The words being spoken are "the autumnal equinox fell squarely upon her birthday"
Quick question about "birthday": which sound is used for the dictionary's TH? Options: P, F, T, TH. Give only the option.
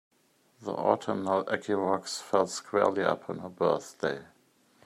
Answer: TH